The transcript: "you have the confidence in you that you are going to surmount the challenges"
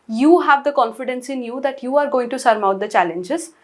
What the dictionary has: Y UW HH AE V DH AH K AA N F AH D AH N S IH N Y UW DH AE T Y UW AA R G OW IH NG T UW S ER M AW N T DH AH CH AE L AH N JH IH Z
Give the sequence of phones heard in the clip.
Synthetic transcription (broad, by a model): Y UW HH AE V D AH K AA N F AH D AH N S IH N Y UW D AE T Y UW AA R G OW IH NG T UW S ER M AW T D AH CH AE L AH N JH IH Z